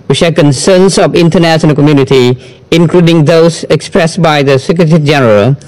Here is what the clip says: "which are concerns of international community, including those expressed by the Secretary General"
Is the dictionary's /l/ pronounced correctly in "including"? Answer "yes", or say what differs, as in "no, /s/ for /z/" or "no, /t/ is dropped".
yes